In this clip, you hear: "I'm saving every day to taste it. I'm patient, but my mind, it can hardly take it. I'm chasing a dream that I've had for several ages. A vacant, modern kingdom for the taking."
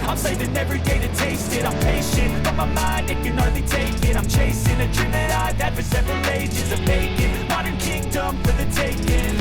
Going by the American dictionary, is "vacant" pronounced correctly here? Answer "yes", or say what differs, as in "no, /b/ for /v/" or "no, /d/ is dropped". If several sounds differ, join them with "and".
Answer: no, /b/ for /v/